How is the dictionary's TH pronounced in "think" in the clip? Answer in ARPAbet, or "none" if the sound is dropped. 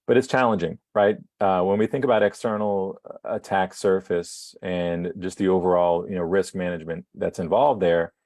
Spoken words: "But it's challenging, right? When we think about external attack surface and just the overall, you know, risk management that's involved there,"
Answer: TH